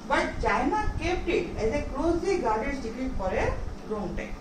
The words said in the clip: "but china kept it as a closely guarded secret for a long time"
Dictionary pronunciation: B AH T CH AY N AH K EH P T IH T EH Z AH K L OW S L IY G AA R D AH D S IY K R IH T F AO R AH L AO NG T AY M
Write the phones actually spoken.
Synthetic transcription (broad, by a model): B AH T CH AY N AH K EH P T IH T EH Z AH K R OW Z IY G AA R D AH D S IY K IH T P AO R AH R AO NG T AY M